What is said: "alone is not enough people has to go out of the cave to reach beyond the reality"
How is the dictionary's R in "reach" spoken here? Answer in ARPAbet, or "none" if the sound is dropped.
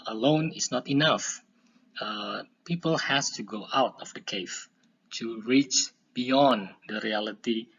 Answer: R